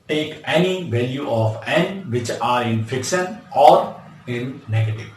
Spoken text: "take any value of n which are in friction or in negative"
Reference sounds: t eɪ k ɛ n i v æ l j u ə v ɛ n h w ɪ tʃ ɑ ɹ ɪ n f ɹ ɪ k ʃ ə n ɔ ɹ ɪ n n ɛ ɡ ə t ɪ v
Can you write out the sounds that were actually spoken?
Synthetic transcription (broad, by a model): t eɪ k ɛ n i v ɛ l j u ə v ɛ n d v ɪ tʃ ɑ ɹ ɪ n f ɪ k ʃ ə n ɔ ɹ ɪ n n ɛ ɡ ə t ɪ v